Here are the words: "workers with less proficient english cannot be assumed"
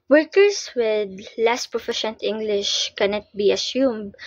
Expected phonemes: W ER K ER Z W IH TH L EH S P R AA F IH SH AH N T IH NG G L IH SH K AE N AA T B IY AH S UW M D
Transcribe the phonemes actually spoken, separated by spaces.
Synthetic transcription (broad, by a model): W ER K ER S W IH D L EH S P R AA F IH SH AH N T IH NG G L IH SH K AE N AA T B IY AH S UW M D